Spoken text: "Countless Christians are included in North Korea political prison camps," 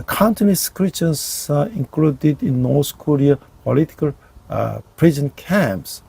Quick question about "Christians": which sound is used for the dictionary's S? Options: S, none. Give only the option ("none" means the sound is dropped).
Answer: none